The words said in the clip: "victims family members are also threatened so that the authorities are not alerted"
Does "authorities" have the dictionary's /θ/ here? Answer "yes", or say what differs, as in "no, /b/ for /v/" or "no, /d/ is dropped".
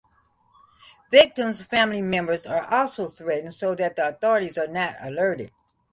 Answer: yes